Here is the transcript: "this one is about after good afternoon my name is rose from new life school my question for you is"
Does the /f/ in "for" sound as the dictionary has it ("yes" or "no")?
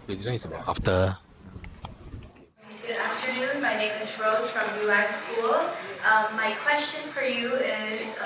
yes